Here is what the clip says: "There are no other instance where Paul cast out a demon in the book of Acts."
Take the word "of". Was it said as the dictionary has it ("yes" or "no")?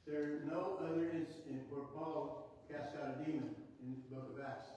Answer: yes